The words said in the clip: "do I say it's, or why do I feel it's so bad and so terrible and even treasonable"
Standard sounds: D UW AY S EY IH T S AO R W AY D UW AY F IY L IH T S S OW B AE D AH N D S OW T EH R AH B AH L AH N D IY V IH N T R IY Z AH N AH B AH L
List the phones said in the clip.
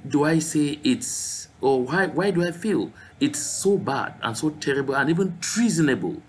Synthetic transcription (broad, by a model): D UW AY S EY IH T S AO W W AY D UW AY F IY L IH T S S OW B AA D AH N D S OW T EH R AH B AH L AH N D IY V IH N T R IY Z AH N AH B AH L